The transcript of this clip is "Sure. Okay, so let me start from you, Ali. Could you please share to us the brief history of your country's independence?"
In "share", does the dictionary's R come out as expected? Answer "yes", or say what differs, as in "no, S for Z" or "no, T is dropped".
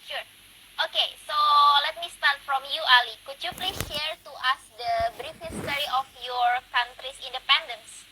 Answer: yes